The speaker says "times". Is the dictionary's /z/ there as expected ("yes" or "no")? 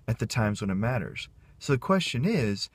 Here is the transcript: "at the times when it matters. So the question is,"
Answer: yes